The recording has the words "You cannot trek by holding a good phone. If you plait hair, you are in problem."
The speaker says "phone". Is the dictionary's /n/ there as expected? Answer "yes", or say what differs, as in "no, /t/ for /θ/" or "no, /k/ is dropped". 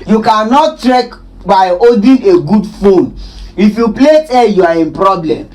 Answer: yes